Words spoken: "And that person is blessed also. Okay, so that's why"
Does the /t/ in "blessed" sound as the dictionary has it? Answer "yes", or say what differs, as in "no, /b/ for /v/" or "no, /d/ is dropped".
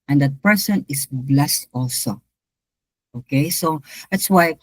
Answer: yes